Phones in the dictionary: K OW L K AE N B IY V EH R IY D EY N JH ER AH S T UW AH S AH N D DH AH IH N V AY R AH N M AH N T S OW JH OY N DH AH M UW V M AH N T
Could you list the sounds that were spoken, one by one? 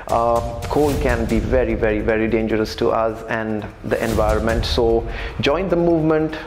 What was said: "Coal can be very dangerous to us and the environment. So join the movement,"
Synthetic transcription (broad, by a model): K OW L K AE N B IY V EH R IY D EY N JH ER AH S T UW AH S AH N D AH IH N V AY R AH N M AH N T S OW JH OY N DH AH M UW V M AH N T